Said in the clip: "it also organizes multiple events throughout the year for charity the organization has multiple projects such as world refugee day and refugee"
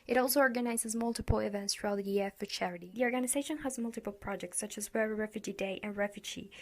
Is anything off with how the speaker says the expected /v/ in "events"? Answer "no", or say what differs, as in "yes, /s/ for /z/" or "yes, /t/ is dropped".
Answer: no